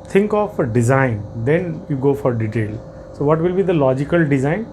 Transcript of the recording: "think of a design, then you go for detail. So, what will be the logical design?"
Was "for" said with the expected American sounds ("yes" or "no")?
yes